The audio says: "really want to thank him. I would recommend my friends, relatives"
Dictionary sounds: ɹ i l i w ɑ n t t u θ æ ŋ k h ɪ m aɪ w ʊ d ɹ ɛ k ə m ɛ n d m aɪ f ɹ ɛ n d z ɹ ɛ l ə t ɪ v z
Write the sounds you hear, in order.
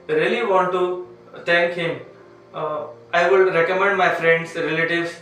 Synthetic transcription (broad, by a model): ɹ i l i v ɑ n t t u t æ ŋ k h ɪ m aɪ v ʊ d ɹ ɛ k ə m ɛ n d m aɪ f ɹ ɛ n d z ɹ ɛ l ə t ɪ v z